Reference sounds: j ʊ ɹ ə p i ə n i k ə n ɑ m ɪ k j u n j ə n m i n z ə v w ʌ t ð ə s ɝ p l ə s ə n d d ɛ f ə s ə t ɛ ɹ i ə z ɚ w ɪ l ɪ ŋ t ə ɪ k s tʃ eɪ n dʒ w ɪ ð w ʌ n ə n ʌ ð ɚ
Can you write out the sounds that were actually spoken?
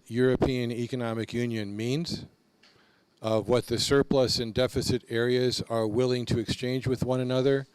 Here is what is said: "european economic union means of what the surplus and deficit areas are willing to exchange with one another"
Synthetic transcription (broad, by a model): j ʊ ɹ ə p i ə n i k ə n ɑ m ɪ k j u n j ə n m i n z ə v w ʌ t ð ə s ɝ p l ə s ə n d d ɛ f ə s ə t ɛ ɹ i ə z ɚ w ɪ l ɪ ŋ t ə ɪ k s tʃ eɪ n dʒ w ɪ ð w ʌ n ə n ʌ ð ɚ